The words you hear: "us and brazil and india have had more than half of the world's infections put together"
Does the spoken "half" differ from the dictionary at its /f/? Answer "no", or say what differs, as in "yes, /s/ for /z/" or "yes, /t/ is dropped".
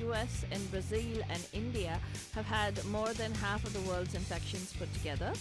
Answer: no